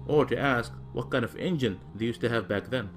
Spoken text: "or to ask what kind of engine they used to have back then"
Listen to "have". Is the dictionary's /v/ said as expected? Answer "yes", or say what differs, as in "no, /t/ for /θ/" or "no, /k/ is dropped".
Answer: yes